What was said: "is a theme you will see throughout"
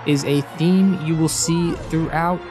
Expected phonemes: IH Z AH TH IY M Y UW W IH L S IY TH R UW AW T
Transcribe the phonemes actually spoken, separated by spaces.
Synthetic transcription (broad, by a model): IH Z AH TH IY M Y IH W IH L S IY TH R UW AW T